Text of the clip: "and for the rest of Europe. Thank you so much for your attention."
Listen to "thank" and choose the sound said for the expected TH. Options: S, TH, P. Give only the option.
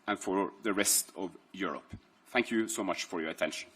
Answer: TH